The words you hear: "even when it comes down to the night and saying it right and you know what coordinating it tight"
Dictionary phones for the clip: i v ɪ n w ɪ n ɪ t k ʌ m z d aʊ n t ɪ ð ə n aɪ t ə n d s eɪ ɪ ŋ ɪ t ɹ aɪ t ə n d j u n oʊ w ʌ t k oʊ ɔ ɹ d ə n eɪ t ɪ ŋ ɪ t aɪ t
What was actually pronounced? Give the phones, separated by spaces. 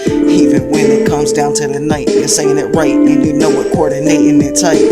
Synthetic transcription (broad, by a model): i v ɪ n w ɪ n ɪ t k ʌ m z d aʊ n t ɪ ð ə n aɪ t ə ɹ s eɪ ɪ ŋ ɪ t ɹ aɪ t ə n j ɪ n oʊ w ʌ t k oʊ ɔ ɹ d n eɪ t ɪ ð ɪ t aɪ